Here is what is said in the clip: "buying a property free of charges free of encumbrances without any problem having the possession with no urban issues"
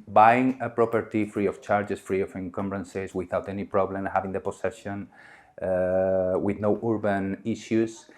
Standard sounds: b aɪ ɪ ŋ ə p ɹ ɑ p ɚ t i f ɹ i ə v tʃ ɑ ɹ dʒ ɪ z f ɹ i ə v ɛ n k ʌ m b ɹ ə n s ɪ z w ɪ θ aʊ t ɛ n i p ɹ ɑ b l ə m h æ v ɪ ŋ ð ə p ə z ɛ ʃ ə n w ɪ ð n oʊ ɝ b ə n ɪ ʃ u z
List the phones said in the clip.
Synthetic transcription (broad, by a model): b aɪ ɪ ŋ ə p ɹ ɑ p ɚ t i f ɹ i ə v tʃ ɑ ɹ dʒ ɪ s f ɹ i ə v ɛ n k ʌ m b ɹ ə n s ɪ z w ɪ θ aʊ t ɛ n i p ɹ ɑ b l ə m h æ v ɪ ŋ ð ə p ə s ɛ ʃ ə n w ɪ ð n oʊ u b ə n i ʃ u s